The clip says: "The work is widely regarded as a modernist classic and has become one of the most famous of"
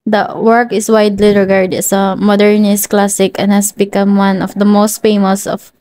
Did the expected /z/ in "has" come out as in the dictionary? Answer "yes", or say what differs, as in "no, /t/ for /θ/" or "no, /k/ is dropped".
no, /s/ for /z/